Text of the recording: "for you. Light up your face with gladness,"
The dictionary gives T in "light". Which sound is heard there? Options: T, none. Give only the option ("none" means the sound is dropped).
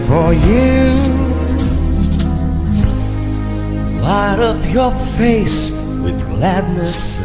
T